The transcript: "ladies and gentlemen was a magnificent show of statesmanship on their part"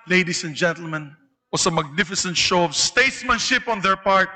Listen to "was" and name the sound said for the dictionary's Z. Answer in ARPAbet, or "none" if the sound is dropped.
S